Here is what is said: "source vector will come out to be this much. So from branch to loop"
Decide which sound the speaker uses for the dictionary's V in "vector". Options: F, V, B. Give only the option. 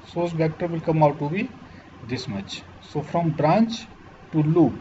B